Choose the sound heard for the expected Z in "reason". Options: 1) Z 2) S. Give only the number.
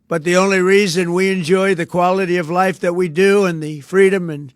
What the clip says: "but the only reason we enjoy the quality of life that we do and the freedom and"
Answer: 1